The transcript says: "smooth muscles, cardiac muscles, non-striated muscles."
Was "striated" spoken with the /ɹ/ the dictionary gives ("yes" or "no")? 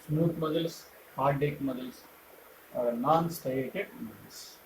no